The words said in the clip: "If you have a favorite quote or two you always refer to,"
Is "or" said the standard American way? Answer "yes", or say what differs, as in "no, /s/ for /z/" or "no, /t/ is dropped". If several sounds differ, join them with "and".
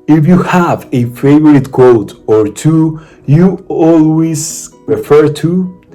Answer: yes